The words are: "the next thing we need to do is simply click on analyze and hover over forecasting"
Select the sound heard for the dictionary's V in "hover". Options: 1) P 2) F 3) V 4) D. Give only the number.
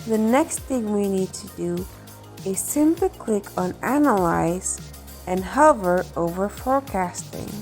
3